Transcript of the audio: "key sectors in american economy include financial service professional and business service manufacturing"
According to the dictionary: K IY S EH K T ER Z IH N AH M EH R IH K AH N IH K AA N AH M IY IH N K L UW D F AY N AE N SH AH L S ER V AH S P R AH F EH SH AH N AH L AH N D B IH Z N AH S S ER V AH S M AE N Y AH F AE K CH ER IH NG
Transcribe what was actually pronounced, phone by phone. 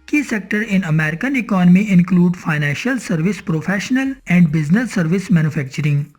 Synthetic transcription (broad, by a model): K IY S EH K T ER IH N AH M EH R IH K AH N IH K AA N AH M IY IH N K L UW D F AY N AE N SH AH L S ER V AH S P R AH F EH SH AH N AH L AH N D B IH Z N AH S S ER V AH S M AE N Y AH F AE K CH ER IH NG